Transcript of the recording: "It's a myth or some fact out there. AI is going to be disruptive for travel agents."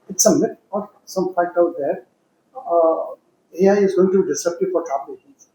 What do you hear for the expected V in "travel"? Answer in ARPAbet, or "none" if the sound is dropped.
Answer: P